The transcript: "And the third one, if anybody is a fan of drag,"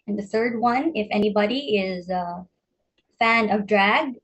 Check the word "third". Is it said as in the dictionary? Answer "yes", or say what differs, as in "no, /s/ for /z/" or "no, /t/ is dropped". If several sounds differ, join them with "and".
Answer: yes